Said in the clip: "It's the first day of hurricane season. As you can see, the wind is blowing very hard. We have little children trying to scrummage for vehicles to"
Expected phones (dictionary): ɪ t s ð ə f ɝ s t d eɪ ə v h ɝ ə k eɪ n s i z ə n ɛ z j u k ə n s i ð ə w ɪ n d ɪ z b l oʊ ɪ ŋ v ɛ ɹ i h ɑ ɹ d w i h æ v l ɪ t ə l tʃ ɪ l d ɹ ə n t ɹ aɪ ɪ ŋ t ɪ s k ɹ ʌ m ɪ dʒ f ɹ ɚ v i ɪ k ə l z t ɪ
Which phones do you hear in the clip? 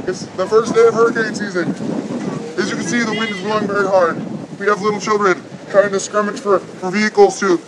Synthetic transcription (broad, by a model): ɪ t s ð ə f ɝ s d eɪ ə v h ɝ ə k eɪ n s i z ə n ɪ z j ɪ k ə n s i ð ə w ɪ n d ɪ z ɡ oʊ ɪ ŋ v ɛ ɹ i h ɑ ɹ d w i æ v l ɪ t l tʃ ɪ l d ɹ ə n t ɹ aɪ ɪ ŋ t ɪ s k ɹ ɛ m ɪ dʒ f ɹ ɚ v i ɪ k l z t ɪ